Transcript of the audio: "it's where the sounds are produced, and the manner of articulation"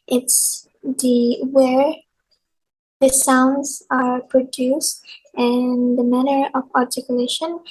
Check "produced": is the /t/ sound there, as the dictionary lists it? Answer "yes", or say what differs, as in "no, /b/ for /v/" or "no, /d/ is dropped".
yes